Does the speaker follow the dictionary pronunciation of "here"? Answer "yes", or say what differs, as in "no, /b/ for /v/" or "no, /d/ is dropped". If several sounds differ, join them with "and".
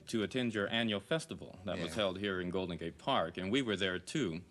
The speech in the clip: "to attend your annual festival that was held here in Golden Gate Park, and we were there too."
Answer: yes